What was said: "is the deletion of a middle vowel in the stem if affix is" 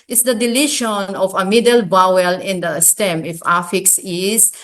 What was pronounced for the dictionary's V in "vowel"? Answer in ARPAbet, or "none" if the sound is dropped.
B